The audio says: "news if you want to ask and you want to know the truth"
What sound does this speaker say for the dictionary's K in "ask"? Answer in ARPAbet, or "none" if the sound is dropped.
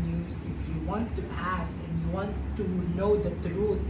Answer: none